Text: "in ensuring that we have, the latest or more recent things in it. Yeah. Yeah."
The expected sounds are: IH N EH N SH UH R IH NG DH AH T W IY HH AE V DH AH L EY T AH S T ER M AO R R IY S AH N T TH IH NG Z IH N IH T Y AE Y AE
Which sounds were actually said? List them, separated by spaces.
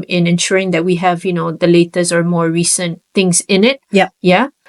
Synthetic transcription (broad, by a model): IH N EH N SH UH R IH NG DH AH T W IY HH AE V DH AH L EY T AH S ER M AO R R IY S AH N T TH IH NG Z IH N IH T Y Y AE